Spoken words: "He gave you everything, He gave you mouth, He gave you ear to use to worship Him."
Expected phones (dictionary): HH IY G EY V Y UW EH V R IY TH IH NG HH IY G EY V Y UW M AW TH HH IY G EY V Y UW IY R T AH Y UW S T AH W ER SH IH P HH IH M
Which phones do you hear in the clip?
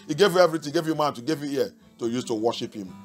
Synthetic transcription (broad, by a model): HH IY G EY V Y UW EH V R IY T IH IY G EY V Y UW M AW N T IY G EY V Y UW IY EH T AH Y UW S T AH W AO SH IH P HH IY M